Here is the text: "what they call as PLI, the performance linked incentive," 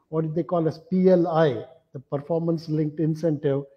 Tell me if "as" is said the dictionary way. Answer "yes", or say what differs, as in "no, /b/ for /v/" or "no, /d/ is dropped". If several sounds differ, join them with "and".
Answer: no, /s/ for /z/